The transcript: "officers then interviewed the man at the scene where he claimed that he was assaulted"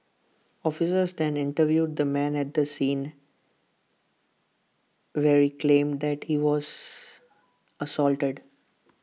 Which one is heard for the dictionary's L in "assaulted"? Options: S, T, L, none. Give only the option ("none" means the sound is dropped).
L